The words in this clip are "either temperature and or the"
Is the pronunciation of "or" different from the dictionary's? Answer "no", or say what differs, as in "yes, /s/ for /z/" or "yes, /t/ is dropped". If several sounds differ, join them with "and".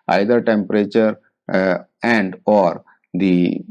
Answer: no